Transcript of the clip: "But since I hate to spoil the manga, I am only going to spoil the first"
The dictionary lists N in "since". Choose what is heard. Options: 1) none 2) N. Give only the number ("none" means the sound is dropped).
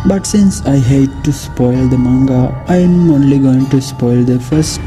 2